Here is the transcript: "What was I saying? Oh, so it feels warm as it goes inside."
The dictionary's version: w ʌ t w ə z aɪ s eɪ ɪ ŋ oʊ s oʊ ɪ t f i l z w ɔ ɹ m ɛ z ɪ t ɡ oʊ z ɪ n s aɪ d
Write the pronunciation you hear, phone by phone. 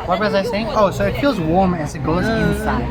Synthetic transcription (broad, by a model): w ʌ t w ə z aɪ s eɪ ɪ ŋ oʊ s oʊ ɪ t f i l z w ɔ ɹ m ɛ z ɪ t ɡ oʊ z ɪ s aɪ